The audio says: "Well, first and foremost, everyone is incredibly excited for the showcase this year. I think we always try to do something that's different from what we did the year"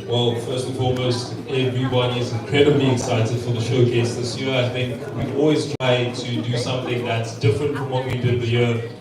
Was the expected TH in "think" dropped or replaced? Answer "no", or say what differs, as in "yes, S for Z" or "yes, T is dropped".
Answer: no